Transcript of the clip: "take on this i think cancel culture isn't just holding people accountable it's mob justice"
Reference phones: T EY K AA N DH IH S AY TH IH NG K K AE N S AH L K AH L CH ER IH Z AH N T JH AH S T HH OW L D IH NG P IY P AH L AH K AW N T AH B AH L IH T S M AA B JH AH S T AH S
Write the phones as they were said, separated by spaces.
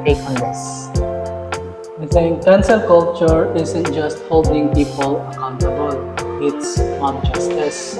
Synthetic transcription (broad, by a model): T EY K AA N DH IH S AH S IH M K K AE N S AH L K AH L CH ER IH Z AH N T JH AH S T HH OW L D IH NG P IY P AH L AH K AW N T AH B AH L IH T S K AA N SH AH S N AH S